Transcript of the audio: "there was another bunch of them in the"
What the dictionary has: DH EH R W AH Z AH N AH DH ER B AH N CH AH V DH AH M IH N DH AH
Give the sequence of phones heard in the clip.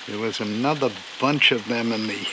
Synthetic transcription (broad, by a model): DH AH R W AH Z AH N AH DH ER B AH N CH AH V DH AH M IH N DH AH